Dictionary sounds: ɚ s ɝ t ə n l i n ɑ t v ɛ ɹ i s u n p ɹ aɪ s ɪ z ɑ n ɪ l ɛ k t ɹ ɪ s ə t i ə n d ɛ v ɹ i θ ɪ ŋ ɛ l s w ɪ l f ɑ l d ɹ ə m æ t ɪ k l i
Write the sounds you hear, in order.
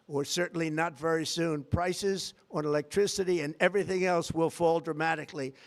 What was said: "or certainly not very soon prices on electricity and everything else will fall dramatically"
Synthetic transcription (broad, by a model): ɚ s ɝ t n l i n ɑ t v ɛ ɹ i s u n p ɹ aɪ s ɪ z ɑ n ɪ l ɛ k t ɹ ɪ s ə t i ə n ɛ v ɹ i θ ɪ ŋ ɛ l s w ɪ l f ɑ l d ɹ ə m æ t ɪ k l i